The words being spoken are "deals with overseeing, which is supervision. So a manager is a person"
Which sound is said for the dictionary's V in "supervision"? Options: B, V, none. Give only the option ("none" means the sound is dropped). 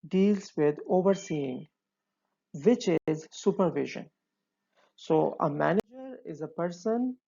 V